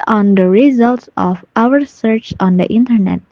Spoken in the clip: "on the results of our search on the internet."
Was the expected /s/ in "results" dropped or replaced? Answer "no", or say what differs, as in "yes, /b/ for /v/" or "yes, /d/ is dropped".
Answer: no